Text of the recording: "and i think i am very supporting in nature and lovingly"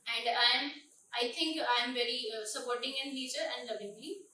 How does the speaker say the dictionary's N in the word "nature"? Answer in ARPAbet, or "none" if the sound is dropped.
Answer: L